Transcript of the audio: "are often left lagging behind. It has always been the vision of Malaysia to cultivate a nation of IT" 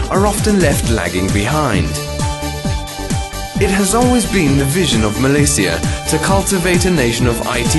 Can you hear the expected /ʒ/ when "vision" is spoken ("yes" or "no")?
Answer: yes